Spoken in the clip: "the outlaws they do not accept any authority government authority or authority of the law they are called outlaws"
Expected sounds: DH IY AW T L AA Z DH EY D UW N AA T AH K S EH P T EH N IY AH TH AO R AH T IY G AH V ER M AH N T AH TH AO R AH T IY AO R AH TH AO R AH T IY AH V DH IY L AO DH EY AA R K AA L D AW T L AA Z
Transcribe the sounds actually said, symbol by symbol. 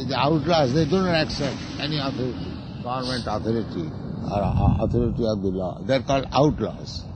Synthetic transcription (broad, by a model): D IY AW T L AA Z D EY D UW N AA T AH K S EH P T EH N IY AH T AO R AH T IY G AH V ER M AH N T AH T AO R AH T IY AO R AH T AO R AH T IY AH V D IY L AO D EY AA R K AA L D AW T L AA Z